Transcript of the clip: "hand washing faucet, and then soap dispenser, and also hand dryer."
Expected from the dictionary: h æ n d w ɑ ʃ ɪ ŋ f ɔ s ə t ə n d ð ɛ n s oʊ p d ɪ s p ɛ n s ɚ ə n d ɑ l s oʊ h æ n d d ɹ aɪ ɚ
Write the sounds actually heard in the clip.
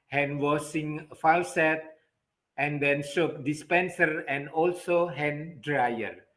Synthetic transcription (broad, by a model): h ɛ n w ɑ s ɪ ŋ f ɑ s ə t ə n d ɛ n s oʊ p d ɪ s p ɛ n s ɚ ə n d ɑ l s oʊ h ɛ n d d ɹ aɪ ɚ